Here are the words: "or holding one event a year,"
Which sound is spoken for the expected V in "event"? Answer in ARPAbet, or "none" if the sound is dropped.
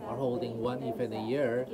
F